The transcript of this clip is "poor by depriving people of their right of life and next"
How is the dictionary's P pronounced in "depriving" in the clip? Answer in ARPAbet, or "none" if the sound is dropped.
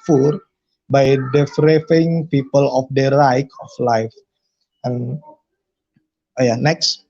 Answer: F